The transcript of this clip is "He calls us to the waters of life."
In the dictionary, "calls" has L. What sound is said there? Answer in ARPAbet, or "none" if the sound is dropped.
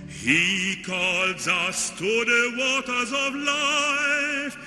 L